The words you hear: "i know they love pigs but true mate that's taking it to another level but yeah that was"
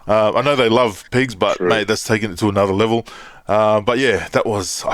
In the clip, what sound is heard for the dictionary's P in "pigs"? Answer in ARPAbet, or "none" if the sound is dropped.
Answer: P